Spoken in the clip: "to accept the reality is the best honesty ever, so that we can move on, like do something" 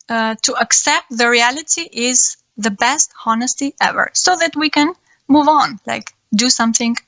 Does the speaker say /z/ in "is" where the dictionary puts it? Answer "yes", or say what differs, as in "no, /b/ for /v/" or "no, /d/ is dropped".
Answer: yes